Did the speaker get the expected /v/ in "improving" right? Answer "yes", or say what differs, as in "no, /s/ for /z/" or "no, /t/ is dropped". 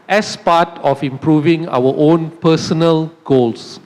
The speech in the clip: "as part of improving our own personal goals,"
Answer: yes